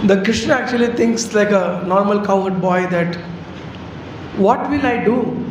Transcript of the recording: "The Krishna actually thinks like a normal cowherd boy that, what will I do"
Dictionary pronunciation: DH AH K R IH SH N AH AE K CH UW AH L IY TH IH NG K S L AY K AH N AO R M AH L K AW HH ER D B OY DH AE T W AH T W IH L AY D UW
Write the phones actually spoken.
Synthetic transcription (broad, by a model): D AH K R IH SH N AH AE K CH UW AH L IY T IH NG K S L AY K AH N AO R M AH L K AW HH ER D B OY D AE T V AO T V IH L AY D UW